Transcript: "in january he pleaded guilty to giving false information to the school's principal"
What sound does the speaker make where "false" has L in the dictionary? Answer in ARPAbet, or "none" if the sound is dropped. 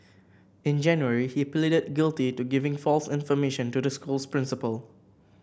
L